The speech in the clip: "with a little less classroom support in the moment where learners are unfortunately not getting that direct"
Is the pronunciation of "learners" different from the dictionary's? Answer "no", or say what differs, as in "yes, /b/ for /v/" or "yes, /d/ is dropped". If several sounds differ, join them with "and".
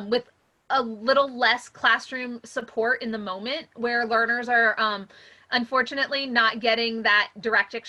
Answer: no